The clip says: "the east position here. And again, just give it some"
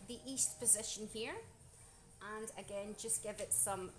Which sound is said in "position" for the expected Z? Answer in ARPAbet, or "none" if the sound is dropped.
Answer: Z